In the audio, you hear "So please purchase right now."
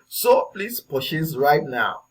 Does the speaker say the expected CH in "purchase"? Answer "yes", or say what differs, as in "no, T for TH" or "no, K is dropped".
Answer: no, SH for CH